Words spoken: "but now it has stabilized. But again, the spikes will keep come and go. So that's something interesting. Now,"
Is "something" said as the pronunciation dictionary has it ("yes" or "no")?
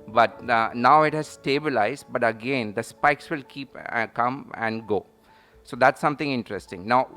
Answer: no